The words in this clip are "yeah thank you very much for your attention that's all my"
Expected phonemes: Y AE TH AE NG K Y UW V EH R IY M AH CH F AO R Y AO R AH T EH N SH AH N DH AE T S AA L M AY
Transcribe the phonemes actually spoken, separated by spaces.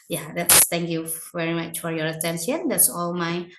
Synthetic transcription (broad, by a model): Y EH S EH NG K Y UW V EH R IY M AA CH F AO R Y AO R AH T EH N SH AH N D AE T S AA L M AY